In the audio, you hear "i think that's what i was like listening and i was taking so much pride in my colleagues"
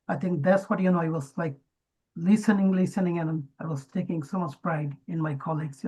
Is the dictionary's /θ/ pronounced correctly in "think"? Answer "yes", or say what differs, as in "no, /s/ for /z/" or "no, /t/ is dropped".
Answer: no, /t/ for /θ/